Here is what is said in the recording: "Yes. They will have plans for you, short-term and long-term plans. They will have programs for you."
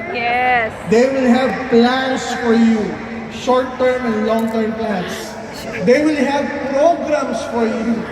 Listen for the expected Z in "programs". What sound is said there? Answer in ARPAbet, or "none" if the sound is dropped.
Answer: S